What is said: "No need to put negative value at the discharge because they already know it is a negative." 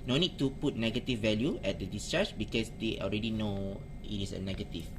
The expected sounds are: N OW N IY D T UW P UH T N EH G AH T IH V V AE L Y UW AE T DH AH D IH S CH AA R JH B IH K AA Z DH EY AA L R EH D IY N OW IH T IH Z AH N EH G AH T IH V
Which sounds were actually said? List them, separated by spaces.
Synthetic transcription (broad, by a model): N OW N IY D T UW P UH T N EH G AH T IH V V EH L Y UW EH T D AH D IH S CH AA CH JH B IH K AA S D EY AA L R EH D IY N OW IH T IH S AH N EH G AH T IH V